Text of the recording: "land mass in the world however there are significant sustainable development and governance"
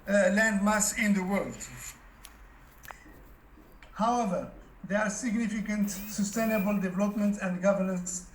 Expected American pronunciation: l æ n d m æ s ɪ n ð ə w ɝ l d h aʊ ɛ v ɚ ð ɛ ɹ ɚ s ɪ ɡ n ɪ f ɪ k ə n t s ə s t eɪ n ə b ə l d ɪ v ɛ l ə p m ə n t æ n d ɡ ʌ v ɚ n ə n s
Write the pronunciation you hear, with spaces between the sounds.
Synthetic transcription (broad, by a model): l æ n d m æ s ɪ n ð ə w ɝ l d h aʊ ɛ v ɚ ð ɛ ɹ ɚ s ɪ ɡ n ɪ f ɪ k ə n t s ə s t eɪ n ə b ə l d ɪ v ɛ l ə p m ə n t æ n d ɡ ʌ v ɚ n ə n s